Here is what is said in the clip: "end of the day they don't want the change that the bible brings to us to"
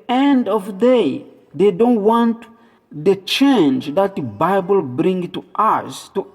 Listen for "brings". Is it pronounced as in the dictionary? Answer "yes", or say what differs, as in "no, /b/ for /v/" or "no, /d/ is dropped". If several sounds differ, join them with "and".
no, /z/ is dropped